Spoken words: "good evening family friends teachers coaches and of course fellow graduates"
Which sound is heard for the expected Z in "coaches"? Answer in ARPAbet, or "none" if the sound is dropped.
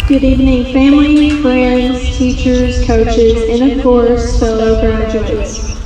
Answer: Z